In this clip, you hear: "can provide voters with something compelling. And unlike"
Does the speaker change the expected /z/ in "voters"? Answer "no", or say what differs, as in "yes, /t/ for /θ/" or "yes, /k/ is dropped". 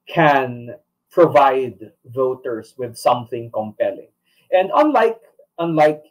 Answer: yes, /s/ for /z/